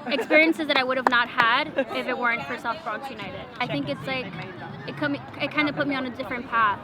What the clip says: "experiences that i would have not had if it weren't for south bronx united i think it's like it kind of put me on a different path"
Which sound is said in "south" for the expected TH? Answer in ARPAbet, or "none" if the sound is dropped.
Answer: F